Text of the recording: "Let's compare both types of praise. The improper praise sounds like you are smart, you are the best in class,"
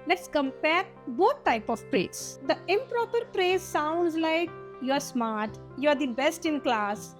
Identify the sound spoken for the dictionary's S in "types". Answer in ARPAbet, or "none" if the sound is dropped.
none